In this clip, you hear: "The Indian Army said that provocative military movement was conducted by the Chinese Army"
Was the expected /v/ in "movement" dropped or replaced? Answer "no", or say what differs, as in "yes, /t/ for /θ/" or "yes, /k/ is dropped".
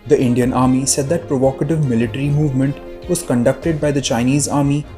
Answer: no